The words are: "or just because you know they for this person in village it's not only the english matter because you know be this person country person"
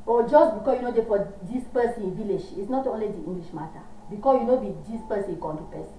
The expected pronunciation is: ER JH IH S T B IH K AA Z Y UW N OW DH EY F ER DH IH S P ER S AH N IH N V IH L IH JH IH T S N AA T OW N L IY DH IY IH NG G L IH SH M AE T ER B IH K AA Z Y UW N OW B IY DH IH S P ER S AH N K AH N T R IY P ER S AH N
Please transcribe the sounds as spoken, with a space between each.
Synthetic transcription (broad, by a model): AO JH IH S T B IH K AA S Y UW N OW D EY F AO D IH S P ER S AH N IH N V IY L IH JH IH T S N AA T OW N L IY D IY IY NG G L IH SH M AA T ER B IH K AA S Y UW N OW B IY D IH S P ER S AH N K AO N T IY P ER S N